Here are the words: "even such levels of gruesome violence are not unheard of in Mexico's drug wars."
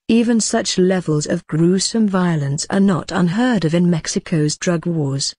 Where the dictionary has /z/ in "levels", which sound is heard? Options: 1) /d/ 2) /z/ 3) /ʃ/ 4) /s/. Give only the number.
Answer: 2